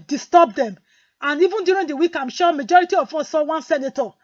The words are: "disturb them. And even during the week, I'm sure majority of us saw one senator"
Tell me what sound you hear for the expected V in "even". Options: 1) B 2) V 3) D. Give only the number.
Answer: 2